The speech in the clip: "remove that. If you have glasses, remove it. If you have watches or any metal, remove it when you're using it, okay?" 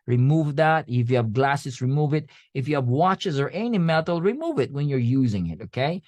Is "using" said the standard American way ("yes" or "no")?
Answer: yes